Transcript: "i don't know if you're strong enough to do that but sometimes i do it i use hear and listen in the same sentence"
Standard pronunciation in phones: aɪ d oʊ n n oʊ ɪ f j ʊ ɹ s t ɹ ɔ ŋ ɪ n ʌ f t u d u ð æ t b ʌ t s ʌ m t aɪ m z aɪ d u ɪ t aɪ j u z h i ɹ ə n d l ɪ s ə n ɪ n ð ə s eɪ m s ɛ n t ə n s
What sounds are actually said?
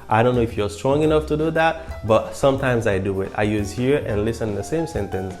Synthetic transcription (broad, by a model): aɪ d oʊ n n oʊ ɪ f j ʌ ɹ s t ɹ ɔ ŋ ɪ n ʌ f t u d u ð æ t b ʌ t s ʌ m t aɪ m z aɪ d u ɪ t aɪ j u z h i ɹ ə n l ɪ s ə n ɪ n ð ə s eɪ m s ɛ n t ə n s